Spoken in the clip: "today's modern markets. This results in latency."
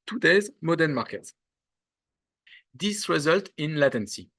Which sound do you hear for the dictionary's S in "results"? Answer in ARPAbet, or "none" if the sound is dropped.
none